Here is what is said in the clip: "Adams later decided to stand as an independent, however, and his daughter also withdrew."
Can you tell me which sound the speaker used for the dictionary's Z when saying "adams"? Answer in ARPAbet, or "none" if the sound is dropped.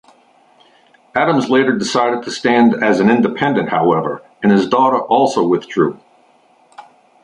Z